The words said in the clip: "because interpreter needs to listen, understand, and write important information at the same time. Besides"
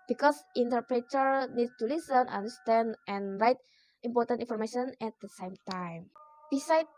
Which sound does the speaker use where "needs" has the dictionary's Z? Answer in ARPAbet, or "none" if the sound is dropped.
none